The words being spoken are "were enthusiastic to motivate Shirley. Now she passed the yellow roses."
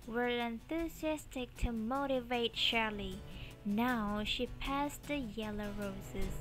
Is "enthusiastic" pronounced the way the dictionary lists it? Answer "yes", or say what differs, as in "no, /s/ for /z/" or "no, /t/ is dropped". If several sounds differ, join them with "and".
yes